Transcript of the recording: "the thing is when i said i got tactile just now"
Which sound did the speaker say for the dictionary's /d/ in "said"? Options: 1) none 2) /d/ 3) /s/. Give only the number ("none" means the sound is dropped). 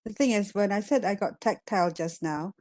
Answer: 2